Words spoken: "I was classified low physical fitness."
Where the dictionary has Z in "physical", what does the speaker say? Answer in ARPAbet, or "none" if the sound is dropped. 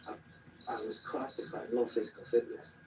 Z